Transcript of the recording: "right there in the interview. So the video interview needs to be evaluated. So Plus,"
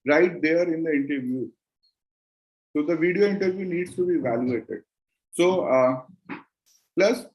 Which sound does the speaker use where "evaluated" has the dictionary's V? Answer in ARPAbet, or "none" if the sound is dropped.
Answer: V